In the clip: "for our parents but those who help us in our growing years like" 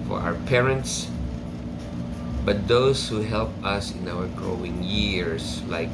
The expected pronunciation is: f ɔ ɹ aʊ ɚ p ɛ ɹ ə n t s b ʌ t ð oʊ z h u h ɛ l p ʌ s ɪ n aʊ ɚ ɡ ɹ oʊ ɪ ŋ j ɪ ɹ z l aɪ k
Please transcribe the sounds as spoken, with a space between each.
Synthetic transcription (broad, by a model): f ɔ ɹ aʊ ɚ p ɛ ɹ ə n t s b ʌ t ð oʊ s h u h ɛ l p ʌ s ɪ n aʊ ɚ ɡ ɹ oʊ ɪ ŋ j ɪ ɹ s l aɪ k